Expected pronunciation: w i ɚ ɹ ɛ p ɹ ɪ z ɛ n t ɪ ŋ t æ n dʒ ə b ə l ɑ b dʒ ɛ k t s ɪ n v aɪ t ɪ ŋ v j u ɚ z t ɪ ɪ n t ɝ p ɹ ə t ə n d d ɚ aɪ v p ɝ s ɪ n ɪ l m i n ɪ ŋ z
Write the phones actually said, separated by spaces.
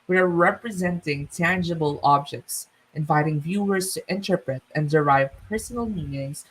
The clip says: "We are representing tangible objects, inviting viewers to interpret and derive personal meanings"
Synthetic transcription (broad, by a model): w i ɚ ɹ ɛ p ɹ ɪ z ɛ n t ɪ ŋ t æ n dʒ ə b ə l ɑ b dʒ ɛ k t s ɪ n v aɪ t ɪ ŋ v j u ɚ z t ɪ ɪ n t ɝ p ɹ ə t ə n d d ɚ aɪ v p ɝ s ɪ n ɪ l m i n ɪ ŋ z